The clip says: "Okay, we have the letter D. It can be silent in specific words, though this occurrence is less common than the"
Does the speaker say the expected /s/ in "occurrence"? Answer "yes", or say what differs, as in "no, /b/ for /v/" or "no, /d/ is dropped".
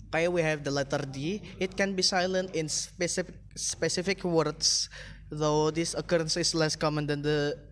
yes